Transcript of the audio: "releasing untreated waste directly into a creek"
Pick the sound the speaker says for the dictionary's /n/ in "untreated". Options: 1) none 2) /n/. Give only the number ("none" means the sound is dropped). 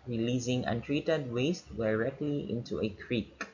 2